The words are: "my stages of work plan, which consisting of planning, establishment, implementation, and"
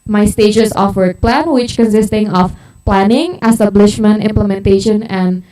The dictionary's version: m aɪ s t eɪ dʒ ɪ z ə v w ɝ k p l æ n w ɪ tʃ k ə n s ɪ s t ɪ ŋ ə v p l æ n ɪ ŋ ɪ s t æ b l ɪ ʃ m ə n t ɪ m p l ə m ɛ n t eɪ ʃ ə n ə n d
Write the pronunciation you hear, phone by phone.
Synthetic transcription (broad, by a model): m aɪ s t eɪ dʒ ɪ s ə f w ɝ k p l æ n w ɪ tʃ k ə n s ɪ s t ɪ ŋ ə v p l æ n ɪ ŋ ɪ s t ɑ b l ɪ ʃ m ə n t ɪ m p l ə m ɛ n t eɪ ʃ ə n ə n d